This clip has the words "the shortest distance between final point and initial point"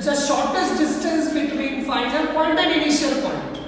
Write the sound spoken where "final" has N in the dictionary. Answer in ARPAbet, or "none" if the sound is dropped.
L